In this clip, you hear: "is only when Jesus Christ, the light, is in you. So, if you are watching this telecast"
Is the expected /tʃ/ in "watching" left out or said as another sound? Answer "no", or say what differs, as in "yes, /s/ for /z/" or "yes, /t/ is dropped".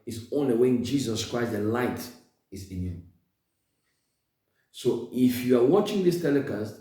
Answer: no